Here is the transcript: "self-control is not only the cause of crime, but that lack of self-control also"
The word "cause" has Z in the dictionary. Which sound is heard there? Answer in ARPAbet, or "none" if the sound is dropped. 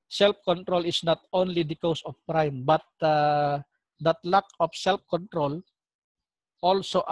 S